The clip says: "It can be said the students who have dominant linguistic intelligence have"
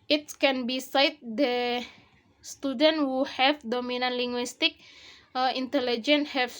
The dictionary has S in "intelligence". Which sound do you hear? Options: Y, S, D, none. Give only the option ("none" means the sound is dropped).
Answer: none